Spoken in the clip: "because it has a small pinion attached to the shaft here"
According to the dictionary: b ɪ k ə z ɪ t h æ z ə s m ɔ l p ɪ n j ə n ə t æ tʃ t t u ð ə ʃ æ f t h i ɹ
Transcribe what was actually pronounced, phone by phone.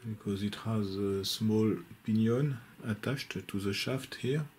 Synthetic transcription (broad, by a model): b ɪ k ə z ɪ t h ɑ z ə s m ɔ l p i n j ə n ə t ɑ ʃ t t u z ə ʃ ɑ f t h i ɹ